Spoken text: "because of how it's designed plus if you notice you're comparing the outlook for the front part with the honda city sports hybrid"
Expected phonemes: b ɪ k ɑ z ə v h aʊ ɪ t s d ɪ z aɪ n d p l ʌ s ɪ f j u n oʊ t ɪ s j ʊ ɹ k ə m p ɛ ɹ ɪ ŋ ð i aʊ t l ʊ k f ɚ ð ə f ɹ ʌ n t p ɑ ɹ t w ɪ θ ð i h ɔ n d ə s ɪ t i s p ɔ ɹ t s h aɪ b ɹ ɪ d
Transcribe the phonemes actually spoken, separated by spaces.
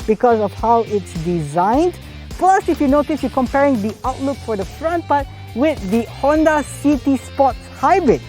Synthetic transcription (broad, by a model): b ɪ k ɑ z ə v h aʊ ɪ t s d ɪ z aɪ n d p l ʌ s ɪ f j u n oʊ t ɪ s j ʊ k ə m p ɛ ɹ ɪ ŋ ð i aʊ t l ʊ k f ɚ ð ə f ɹ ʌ n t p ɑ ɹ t w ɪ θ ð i h ɔ n d ə s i t i s p ɔ t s h aɪ b ɹ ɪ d